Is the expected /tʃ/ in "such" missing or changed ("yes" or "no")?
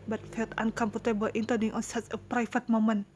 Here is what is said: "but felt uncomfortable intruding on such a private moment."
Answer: yes